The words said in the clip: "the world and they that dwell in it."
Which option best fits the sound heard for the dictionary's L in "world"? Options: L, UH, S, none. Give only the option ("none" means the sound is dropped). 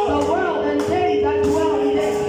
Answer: L